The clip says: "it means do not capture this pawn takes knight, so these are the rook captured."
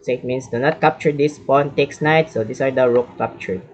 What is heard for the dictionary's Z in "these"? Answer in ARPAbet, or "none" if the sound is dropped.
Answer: S